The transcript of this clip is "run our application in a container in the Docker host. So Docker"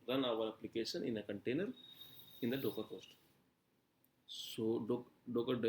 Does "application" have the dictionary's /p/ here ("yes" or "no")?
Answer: yes